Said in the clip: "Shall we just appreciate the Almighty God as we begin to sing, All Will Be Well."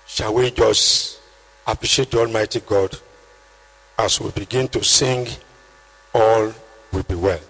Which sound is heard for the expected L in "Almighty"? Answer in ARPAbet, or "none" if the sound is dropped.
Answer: L